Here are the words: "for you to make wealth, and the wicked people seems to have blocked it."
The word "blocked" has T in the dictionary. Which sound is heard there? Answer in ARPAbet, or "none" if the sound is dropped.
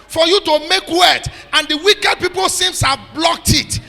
T